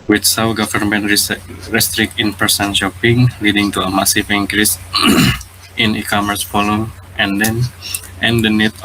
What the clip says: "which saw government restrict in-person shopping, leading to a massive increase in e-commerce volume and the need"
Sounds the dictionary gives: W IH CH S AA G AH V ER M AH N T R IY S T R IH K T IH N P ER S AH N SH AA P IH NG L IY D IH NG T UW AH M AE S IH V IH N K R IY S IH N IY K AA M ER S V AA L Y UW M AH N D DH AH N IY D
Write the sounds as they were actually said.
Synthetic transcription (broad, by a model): W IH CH S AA G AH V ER M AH N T R IY S T R IH K T IH N P ER S AH N SH AA P IH NG L IY D IH NG T UW AH M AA S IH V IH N K R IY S IH N IY K AA M ER S F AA L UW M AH N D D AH N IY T